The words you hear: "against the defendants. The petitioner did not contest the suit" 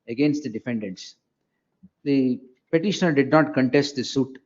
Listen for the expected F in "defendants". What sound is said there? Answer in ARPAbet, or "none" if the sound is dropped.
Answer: F